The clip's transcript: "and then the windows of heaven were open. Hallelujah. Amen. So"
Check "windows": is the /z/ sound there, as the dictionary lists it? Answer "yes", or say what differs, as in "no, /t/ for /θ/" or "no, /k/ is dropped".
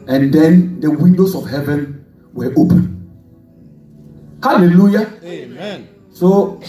no, /s/ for /z/